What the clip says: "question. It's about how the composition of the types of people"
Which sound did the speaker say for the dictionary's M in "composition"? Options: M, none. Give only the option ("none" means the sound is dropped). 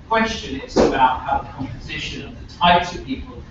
M